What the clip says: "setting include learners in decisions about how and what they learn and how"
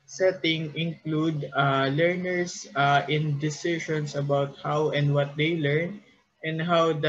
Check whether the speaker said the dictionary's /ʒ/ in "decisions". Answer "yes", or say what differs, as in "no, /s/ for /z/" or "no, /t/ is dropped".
no, /ʃ/ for /ʒ/